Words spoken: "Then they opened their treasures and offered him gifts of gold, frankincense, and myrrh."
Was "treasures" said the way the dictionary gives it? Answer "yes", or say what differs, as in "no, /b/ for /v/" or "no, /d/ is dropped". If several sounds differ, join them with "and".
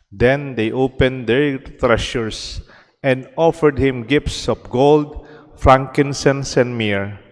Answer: no, /ʃ/ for /ʒ/ and /s/ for /z/